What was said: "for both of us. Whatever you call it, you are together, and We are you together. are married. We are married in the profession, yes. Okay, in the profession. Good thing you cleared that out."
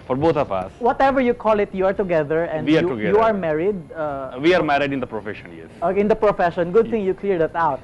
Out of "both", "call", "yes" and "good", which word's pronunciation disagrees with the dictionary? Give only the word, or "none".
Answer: both